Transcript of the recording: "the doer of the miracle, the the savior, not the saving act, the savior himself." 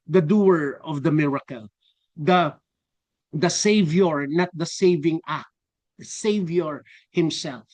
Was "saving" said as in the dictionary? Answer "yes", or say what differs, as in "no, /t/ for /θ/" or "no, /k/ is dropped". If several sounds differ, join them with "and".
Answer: yes